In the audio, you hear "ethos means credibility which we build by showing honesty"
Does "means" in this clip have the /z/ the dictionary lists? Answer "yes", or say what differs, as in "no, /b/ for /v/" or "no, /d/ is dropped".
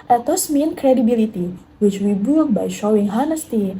no, /z/ is dropped